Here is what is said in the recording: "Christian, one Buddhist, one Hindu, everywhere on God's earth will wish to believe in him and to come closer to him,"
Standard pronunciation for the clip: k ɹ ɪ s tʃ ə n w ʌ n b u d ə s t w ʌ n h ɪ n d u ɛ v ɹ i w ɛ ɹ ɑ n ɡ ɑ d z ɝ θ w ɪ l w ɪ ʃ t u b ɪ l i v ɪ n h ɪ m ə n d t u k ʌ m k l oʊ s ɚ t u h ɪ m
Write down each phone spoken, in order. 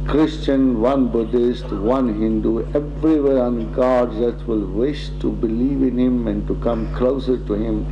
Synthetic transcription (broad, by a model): k ɹ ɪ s tʃ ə n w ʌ n b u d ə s t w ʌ n h ɪ n d u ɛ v ɹ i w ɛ ɹ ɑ n ɡ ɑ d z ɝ t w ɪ l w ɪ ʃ t u b ɪ l i v ɪ n h ɪ m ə n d t u k ʌ m k l oʊ s ɚ t u h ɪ m